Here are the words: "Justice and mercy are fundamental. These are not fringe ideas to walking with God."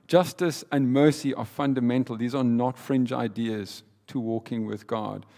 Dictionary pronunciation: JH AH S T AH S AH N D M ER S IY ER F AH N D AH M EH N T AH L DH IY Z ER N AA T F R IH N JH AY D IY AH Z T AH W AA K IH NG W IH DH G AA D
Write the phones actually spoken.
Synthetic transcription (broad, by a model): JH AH S T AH S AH N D M ER S IY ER F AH N D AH M EH N T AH L DH IY Z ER N AA T F R IH N JH AY D IY AH Z T AH W AA K IH NG W IH DH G AA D